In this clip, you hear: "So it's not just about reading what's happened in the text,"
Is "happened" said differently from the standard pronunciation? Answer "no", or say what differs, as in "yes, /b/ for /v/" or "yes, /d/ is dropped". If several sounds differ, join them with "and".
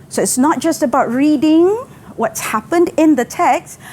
no